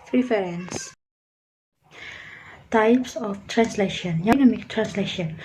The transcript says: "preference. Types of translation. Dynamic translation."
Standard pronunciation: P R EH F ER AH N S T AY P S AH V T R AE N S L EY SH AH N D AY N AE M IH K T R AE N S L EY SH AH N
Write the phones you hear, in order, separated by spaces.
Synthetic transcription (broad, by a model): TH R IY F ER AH N S T AY P S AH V T R AE N S L EY SH AH N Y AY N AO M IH K T R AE N S L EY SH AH N